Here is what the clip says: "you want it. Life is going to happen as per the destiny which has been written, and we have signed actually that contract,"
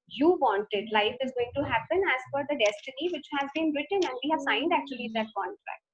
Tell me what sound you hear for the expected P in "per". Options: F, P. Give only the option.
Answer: F